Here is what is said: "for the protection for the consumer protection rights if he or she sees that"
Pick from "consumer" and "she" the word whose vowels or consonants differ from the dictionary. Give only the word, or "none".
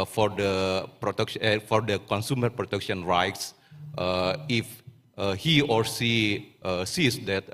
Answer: she